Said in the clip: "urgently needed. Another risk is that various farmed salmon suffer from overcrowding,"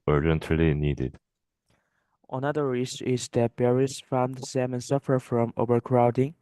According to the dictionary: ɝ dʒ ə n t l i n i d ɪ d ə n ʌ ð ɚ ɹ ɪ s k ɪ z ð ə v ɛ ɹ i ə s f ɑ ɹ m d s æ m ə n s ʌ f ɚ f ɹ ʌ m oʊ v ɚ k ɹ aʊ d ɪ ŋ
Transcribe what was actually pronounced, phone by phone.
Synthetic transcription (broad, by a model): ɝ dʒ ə n t l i n i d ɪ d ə n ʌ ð ɚ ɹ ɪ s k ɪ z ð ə b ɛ ɹ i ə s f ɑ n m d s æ m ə n s ʌ f ɚ f ɹ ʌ m oʊ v ɚ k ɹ aʊ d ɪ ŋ